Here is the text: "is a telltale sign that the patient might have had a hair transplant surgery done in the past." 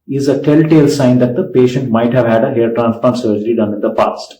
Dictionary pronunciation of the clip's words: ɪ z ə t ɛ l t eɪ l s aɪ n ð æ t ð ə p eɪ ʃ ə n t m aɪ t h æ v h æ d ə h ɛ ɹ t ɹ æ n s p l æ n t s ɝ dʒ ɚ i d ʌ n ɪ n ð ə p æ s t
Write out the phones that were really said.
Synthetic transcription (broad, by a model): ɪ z ə t ɛ l t eɪ l s aɪ n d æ t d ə p eɪ ʃ ə n t m aɪ t h æ v h æ d ə h ɛ ɹ t ɹ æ n s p ɔ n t s ɝ dʒ ɚ i d ʌ n ɪ n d ə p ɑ s t